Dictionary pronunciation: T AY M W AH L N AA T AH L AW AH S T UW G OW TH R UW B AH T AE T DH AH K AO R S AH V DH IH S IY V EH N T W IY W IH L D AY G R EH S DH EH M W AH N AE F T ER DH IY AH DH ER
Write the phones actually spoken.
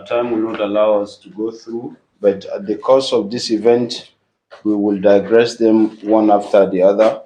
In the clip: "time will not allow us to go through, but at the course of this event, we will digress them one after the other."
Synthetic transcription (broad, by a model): T AY M W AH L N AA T AH L AW AH S T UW G OW TH R UW B AH T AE T DH AH K AO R S AH V DH IH S IY V EH N T W IY W IH L D AY G R EH S DH EH M W AH N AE F T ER DH IY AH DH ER